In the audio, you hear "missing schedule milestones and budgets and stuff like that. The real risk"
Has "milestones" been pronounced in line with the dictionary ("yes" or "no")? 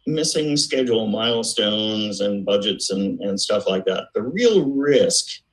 yes